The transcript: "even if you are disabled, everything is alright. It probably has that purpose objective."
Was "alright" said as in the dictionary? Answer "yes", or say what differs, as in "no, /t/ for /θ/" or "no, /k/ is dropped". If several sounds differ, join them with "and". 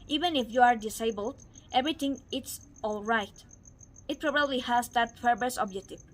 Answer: yes